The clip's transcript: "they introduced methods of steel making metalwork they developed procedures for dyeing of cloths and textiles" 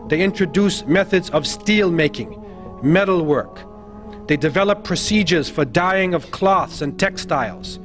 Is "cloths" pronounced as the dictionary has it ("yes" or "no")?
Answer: yes